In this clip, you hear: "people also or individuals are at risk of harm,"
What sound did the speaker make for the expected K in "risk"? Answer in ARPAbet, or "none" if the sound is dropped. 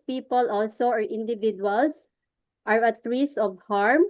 none